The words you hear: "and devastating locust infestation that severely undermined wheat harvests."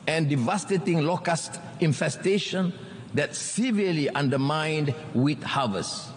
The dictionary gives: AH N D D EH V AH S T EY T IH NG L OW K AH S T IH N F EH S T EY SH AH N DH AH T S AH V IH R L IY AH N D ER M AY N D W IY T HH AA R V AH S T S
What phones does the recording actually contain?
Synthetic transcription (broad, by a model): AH N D D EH V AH S T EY T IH NG L OW K AH S T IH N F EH S T EY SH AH N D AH T S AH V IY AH L IY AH N D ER M AY N D W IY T HH AA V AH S S